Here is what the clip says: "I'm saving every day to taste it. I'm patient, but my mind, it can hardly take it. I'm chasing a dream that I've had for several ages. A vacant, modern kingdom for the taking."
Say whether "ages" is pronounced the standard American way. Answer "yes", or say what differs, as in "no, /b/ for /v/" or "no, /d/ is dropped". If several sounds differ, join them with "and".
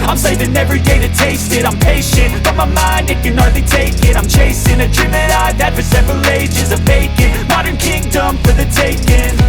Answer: yes